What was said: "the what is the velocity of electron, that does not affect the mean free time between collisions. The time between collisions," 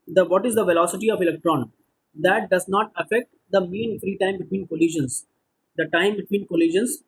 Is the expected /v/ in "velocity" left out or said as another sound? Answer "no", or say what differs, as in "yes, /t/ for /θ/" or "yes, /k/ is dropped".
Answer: no